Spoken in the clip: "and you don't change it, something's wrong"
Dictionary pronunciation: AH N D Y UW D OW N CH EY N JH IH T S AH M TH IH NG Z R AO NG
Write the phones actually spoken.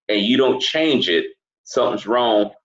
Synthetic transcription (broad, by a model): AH N Y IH D OW N CH EY N JH IH T S AH M TH IH NG Z R AO NG